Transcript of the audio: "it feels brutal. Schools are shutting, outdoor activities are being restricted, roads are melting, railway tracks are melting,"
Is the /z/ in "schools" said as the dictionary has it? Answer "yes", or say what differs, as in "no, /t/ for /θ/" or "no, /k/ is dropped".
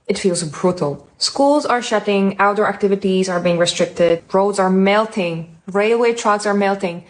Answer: yes